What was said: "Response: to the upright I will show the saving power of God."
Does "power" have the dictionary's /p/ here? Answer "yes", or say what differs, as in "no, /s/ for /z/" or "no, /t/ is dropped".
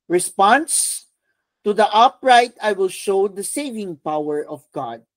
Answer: yes